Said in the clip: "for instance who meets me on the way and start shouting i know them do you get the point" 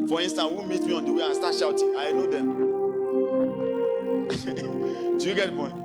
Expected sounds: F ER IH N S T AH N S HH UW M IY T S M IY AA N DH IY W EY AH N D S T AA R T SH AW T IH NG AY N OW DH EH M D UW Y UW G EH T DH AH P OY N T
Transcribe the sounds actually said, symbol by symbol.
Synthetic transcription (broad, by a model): F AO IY N S T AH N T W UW M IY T M IY AA N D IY W EY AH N S T AA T SH AW T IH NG AY N OW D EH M D UW Y UW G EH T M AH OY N